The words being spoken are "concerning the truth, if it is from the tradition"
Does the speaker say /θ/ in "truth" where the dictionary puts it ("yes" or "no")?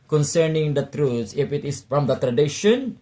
no